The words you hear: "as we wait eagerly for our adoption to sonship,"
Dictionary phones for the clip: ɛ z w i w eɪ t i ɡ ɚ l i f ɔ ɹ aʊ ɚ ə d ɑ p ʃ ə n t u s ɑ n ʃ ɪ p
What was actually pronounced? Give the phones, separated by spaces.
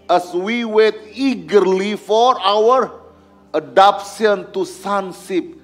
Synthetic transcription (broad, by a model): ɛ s w i w eɪ t i ɡ ɚ l i f ɔ ɹ aʊ ɚ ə d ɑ p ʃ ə n t u s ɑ n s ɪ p